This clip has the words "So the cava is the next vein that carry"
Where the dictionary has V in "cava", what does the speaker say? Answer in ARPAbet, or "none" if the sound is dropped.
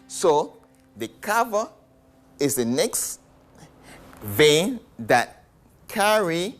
V